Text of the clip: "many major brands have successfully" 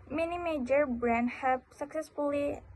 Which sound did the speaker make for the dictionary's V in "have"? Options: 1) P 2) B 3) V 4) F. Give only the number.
1